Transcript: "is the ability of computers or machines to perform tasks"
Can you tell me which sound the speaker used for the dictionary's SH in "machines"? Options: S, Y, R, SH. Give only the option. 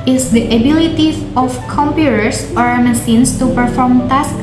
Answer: S